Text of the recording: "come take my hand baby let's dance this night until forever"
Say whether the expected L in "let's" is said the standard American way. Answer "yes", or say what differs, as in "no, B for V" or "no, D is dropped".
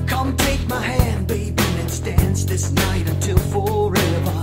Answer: no, N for L